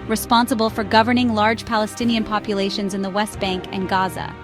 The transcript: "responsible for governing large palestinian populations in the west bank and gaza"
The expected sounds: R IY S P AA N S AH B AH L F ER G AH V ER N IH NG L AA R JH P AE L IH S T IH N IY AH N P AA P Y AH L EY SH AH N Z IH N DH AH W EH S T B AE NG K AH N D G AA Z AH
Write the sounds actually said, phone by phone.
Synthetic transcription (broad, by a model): R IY S P AA N S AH B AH L F ER G AH V ER N IH NG L AA R JH P AE L IH S T IH N IY AH N P AA P Y AH L EY SH AH N Z IH N DH AH W EH S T B AE NG K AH N G AA Z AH